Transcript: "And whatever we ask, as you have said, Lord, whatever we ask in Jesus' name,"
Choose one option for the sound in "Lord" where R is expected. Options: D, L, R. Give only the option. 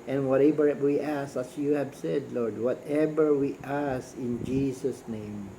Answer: R